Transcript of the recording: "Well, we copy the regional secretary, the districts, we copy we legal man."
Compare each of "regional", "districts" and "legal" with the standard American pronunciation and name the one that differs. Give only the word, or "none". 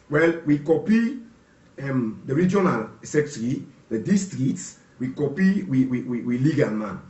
districts